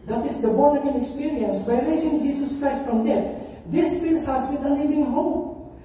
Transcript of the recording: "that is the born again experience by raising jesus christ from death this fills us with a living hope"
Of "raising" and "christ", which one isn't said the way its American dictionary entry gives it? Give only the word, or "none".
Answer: raising